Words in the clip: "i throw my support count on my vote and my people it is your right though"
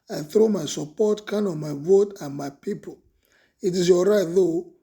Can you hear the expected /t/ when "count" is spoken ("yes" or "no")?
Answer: no